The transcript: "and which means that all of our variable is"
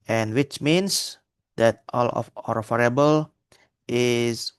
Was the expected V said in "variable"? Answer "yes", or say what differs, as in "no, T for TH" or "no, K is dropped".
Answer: no, F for V